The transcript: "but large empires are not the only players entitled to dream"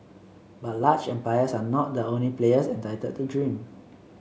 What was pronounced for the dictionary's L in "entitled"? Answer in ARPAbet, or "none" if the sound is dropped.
none